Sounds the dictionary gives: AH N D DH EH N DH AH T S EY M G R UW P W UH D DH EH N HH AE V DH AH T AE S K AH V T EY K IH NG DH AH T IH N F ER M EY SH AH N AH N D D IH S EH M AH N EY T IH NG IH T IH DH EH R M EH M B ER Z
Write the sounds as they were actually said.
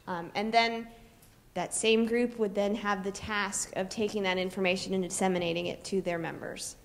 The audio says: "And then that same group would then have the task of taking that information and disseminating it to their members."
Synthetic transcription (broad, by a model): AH N DH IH N DH AH T S EY M G R UW P W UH D DH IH N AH V DH AH T AE S K AH V T EY K IH NG DH AH T IH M F ER M EY SH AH N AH N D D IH S EH M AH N EY T IH NG IH T IH DH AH R M EH M B ER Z